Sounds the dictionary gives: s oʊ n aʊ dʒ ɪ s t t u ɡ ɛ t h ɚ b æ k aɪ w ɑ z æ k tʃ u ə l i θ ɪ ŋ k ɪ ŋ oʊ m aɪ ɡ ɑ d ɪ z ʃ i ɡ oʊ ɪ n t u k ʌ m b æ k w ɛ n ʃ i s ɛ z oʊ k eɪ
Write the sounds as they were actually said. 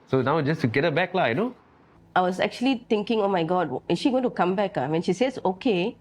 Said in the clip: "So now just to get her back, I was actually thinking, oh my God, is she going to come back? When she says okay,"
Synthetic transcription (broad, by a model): s oʊ n aʊ dʒ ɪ s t t u ɡ ɛ t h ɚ b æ k aɪ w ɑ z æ k tʃ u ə l i t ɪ ŋ k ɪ ŋ oʊ m aɪ ɡ ɑ d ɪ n ʃ i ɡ oʊ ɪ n t u k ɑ m b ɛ k w ɛ n ʃ i s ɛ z oʊ k eɪ